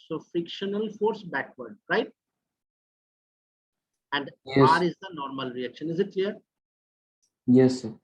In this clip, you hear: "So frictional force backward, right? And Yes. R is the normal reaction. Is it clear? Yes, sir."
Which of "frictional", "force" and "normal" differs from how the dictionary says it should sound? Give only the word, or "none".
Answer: frictional